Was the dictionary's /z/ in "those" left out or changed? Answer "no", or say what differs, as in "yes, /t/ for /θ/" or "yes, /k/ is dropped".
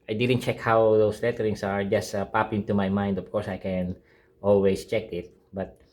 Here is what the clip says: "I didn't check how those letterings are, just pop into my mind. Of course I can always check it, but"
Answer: yes, /s/ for /z/